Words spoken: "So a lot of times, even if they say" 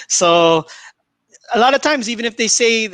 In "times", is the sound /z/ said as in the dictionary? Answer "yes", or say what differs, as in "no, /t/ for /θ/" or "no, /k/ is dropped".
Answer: yes